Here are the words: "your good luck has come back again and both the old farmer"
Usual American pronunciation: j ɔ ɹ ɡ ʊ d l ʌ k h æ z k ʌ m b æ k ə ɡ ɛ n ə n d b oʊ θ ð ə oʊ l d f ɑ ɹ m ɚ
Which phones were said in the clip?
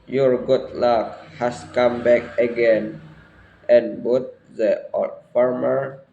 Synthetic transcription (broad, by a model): j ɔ ɹ ɡ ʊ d l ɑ k h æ s k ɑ m b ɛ k ə ɡ ɛ n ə n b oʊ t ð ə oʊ d f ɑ ɹ m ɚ